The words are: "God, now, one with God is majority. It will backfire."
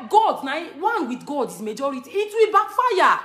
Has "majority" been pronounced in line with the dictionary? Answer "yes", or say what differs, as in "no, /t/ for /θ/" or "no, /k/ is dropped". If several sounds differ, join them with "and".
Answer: yes